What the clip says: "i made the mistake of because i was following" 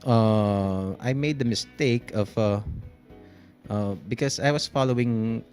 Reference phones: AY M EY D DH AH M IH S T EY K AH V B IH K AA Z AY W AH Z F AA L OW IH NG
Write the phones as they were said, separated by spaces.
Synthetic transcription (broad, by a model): AY M EY D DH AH M IH S T EY K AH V B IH K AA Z AY W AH S F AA L OW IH NG